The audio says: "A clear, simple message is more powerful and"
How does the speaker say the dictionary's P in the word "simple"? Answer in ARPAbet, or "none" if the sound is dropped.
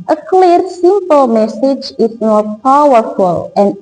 P